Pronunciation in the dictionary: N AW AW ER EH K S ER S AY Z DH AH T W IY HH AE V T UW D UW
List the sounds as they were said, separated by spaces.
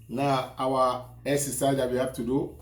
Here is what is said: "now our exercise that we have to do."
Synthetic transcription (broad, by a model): N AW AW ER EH S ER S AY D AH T W IY HH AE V T UW D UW